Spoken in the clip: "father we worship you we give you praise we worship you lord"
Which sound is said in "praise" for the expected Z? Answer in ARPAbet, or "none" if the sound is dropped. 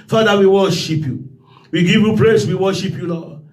S